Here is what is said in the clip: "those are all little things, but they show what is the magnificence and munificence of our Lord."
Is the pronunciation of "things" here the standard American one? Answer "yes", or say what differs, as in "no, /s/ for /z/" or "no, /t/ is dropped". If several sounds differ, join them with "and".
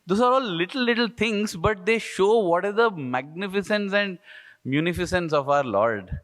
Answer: no, /t/ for /θ/